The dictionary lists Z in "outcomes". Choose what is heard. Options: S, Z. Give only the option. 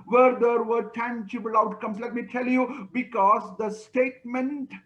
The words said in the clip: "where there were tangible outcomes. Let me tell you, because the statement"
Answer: S